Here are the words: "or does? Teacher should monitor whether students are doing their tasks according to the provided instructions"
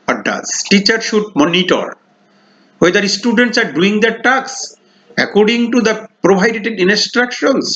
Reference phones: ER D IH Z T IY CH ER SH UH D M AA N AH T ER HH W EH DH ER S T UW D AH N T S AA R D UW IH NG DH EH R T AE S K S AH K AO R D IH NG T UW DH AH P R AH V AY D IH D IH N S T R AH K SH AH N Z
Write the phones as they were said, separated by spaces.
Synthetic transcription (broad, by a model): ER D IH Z T IY CH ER SH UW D M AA N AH T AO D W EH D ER S T UW D AH N T S AA R D UW IH NG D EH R T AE K S AH K AO R D IH NG T UW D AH P R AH B AY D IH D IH N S T R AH K SH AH N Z